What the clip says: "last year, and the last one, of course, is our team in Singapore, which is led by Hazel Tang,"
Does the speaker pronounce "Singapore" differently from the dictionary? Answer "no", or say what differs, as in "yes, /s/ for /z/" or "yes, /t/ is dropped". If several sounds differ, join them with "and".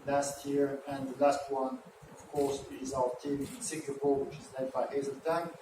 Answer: yes, /l/ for /ɹ/